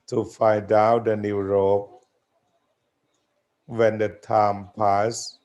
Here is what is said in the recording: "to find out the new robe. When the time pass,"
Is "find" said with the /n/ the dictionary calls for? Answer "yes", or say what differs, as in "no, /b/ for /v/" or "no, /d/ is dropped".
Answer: no, /n/ is dropped